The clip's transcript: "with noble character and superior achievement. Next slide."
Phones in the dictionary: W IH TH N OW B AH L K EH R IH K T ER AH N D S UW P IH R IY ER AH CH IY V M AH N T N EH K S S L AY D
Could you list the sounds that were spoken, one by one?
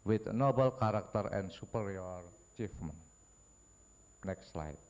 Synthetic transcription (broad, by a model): W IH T N OW B AH L K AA R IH K T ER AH N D S UW P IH R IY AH CH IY F M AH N N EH K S S L AY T